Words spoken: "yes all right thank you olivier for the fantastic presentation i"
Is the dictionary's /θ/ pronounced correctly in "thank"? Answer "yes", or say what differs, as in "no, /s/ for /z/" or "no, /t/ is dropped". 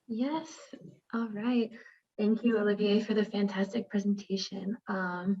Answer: yes